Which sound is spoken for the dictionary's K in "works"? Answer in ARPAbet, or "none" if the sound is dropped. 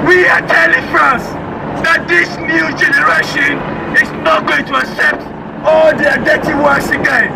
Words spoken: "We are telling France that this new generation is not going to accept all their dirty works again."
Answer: none